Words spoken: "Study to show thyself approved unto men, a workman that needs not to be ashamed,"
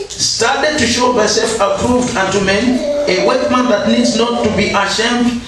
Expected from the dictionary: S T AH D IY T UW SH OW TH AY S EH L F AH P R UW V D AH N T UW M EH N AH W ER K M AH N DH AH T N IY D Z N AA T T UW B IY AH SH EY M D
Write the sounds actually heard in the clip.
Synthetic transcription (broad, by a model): S T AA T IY T UW SH OW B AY S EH L F AH P R UW V D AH N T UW M EH N AH W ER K M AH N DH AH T N IY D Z N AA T T UW B IY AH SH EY M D